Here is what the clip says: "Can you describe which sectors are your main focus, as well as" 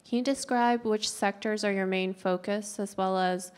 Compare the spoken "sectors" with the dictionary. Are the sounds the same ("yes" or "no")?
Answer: yes